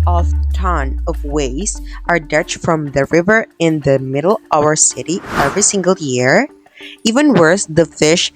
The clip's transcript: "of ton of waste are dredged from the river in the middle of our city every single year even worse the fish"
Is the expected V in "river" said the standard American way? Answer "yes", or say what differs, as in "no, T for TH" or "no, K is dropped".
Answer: yes